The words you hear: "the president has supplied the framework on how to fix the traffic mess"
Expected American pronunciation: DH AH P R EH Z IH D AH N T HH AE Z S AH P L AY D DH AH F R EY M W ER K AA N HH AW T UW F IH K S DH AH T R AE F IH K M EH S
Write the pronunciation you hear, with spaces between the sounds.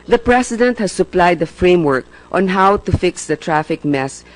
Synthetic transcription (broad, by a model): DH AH P R EH S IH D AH N T HH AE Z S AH P L AY D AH F R EY M W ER K AA N HH AW T UW F IH K S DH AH T R AE F IH K M EH S